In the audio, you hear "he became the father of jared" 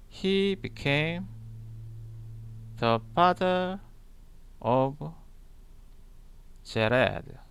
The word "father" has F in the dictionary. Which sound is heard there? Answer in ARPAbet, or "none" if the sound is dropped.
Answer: P